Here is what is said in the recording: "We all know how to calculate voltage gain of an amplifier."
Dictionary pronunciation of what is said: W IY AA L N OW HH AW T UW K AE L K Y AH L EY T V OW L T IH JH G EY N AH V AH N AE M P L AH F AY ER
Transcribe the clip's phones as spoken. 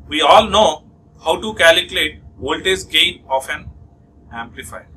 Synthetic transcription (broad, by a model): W IY AA L N OW HH AW T UW K AE L K Y AH L EY T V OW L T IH Z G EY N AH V AH N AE M P L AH F AY